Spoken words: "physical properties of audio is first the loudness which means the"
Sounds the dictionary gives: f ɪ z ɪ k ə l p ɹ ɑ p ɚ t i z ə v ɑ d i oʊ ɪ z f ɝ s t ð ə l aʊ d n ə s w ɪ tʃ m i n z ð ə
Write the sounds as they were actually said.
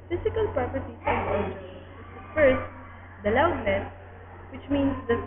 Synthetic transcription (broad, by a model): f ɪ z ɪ k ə l p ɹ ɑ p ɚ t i s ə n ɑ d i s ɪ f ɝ s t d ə l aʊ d l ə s w ɪ tʃ m i n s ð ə